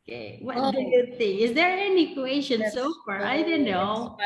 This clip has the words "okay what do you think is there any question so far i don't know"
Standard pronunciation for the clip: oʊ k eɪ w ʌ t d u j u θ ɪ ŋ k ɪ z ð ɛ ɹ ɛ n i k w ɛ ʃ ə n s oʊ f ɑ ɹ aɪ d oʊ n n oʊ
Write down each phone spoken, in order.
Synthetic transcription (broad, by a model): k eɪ w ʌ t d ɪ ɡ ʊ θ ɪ ŋ ɪ z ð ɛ ɹ ɛ n i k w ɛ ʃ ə n s oʊ f ɑ ɹ aɪ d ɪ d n oʊ